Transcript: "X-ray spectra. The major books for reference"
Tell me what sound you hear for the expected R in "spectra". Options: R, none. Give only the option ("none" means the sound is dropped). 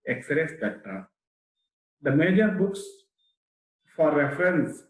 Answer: none